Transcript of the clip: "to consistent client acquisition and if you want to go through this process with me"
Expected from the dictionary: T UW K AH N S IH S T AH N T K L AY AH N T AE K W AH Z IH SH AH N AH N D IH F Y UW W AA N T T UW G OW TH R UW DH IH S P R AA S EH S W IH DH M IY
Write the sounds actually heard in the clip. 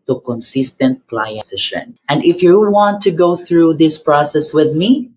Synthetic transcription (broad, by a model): T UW K AH N S IH S T AH N T K L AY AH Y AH S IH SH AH N AH N D IH F Y UW W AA N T T UW G OW TH R UW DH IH S P R AA S EH S W IH DH M IY